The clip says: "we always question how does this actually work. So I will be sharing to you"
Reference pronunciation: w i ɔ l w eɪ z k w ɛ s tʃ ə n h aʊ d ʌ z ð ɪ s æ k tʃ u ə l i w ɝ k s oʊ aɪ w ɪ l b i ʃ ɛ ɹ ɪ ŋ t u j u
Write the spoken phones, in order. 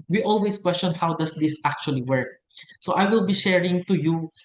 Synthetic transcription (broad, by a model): w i ɔ l w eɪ s k w ɛ s tʃ ə n h aʊ d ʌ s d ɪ s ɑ k tʃ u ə l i w ɝ k s oʊ aɪ w ɪ l b i ʃ ɛ ɹ ɪ ŋ t u j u